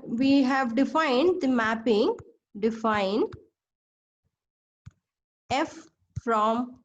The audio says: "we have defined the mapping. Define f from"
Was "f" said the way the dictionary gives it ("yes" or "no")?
yes